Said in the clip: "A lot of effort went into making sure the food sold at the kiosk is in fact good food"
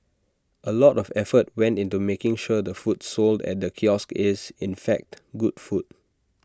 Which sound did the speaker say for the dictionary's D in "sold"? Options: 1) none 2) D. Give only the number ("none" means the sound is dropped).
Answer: 2